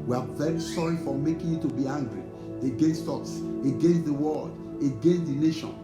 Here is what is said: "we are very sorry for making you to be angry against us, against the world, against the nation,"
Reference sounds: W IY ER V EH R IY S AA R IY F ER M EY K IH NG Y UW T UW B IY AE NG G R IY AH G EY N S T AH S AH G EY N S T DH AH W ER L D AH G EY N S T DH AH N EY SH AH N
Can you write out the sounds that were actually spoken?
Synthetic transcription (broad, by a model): W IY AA V EH R IY S AA R IY F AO M EY K IH NG Y UW T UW B IY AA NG G R IY AH G EY N S T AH S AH G EY N S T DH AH W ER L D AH G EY N S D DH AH N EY SH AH N